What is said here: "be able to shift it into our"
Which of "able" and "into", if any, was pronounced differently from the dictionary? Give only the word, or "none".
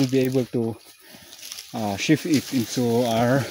into